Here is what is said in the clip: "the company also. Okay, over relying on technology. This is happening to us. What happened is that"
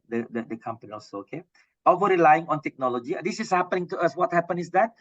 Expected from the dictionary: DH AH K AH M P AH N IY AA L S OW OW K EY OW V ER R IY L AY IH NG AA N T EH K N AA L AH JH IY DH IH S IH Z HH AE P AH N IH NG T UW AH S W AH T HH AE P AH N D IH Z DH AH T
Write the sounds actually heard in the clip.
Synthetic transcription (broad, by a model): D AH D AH M P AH N IY AA L S OW OW K EY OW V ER R IY L AY IH NG AA N T EH K N AA L AH JH IY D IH S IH S HH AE P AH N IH NG T UW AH S W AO T HH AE P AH N IH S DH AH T